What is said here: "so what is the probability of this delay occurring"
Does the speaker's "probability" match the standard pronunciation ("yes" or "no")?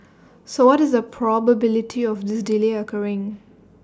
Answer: yes